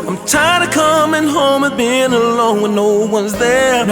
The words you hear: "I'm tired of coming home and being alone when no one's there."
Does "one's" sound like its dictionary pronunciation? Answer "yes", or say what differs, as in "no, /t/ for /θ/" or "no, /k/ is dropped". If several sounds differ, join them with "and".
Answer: yes